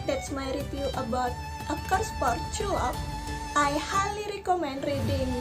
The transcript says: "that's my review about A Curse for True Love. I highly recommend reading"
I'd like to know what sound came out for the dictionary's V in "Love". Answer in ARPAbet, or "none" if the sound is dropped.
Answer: F